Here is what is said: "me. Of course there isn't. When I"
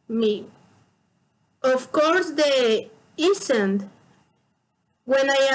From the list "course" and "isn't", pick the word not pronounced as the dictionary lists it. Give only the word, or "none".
isn't